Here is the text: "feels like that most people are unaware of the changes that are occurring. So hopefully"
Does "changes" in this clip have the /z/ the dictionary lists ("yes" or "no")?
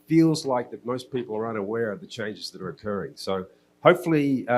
yes